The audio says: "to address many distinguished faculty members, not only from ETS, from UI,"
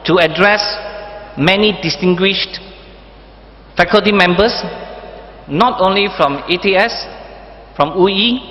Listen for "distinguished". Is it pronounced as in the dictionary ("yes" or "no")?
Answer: yes